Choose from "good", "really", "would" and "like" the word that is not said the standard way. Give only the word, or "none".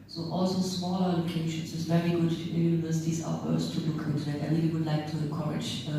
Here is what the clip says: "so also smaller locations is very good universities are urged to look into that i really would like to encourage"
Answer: really